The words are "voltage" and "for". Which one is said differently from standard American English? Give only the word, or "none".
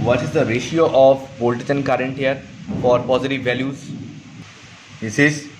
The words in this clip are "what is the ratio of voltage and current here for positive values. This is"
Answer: voltage